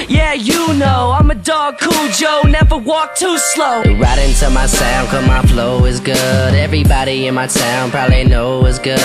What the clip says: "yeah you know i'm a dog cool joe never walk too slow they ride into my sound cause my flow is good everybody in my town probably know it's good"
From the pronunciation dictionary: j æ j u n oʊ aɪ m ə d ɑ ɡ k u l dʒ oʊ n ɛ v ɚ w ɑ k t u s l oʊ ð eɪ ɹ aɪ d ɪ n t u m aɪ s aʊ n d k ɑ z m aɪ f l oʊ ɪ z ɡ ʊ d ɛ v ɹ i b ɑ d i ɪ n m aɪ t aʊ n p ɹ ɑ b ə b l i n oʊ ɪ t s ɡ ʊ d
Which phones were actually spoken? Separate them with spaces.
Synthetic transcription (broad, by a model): j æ j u n oʊ aɪ m ə d ɑ ɡ k u l dʒ oʊ n ɛ v ɚ w ɑ k t u s l oʊ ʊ ɹ aɪ d ɪ n t u m aɪ s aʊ n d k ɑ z m aɪ f l oʊ ɪ z ɡ ʊ d ɛ v ɹ i b ɑ d i ɪ n m aɪ s aʊ n p ɹ ɑ b ə b l i n oʊ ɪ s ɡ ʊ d